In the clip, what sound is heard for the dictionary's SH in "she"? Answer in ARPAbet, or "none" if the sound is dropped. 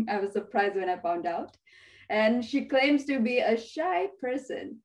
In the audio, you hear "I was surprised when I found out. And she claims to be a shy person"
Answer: SH